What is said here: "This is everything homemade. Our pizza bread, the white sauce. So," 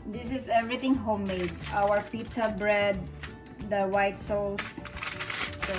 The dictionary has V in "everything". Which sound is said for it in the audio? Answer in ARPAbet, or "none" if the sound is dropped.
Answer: none